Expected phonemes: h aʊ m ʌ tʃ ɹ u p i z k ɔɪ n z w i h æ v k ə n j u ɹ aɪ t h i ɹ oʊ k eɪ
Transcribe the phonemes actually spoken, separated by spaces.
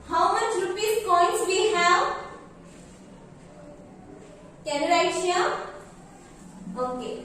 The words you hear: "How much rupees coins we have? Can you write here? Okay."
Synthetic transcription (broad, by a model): h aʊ m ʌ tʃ ɹ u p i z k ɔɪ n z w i h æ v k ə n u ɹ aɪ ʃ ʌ l oʊ k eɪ